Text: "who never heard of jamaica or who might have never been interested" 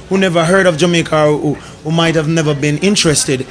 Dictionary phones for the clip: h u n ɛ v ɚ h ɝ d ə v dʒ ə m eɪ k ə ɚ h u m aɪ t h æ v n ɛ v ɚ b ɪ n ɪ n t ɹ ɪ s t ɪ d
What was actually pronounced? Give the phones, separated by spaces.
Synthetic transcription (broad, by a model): h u n ɛ v ɚ h ɝ d ə v dʒ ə m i k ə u h u m aɪ t h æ v n ɛ v ɚ b ɪ n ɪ n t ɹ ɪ s t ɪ d